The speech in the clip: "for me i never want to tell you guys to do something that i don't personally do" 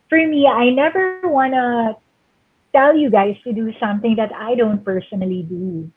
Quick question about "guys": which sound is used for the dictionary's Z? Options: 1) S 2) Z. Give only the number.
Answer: 1